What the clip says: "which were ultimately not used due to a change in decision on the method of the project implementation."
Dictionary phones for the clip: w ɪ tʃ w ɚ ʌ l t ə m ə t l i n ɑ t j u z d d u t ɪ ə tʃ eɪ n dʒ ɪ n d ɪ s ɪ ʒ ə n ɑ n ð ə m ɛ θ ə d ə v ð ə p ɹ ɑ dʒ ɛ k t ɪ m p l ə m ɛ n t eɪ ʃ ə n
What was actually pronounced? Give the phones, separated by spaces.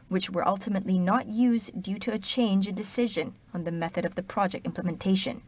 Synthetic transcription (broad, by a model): w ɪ tʃ w ɚ ʌ l t ə m ə t l i n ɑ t j u z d d u t ɪ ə tʃ eɪ n dʒ ɪ n d ɪ s ɪ ʒ ə n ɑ n ð ə m ɛ θ ə d ə v ð ə p ɹ ɑ dʒ ɛ k t ɪ m p l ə m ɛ n t eɪ ʃ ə n